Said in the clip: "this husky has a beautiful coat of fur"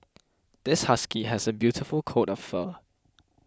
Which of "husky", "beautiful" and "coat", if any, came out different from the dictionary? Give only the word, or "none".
none